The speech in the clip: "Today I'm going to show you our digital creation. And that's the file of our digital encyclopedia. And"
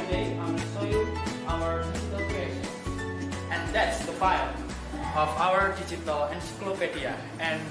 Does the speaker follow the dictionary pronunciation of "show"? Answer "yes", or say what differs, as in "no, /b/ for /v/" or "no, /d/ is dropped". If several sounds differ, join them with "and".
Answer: no, /s/ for /ʃ/